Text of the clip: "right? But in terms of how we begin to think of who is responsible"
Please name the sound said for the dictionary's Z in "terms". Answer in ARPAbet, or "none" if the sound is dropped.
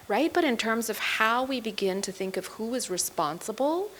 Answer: Z